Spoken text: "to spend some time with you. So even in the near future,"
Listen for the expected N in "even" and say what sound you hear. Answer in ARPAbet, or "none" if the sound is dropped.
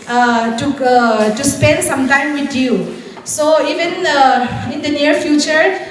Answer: N